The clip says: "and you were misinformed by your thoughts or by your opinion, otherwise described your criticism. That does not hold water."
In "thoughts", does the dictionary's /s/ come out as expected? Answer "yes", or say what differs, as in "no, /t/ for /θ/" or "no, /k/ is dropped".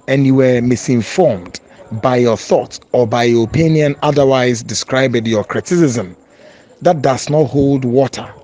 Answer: yes